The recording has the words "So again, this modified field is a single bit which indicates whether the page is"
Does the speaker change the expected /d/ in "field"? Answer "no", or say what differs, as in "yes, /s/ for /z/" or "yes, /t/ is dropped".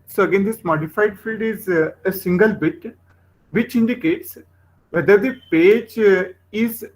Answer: no